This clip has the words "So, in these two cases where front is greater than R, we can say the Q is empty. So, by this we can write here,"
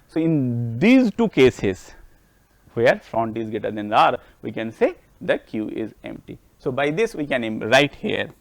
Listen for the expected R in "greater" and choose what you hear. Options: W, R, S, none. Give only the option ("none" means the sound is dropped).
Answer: none